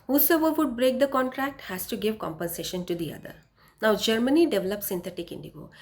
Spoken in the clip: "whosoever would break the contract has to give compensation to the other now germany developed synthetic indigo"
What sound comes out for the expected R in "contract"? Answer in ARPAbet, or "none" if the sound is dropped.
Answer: R